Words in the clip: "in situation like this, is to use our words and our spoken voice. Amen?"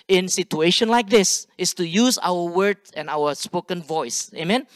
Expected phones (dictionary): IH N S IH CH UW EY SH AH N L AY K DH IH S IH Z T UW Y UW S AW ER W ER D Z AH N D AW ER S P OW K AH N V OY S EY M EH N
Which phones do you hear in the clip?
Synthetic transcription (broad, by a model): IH N S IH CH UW EY SH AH N L AY K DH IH S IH S T UW Y UW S AW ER W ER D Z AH N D AW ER S P OW K AH N V OY S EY M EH N